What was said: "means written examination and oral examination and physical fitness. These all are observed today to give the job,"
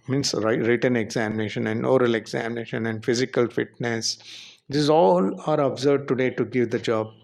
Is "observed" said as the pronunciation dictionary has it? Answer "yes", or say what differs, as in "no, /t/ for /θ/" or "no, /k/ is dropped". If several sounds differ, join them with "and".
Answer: no, /v/ is dropped